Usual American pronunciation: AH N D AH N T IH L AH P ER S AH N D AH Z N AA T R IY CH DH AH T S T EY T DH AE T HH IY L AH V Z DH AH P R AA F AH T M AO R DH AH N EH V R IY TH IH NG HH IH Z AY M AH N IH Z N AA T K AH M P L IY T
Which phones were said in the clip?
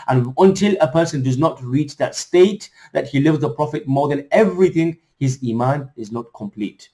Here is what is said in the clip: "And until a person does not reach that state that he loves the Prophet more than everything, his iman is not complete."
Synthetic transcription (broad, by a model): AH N AH N T IH L AH P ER S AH N D AH Z N AA T R IY CH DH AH T S T EY T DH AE T HH IY L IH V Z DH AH P R AA F AH T M AO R DH AH N EH V R IY TH IH NG HH IH Z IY M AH N IH Z N AA T K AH M P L IY T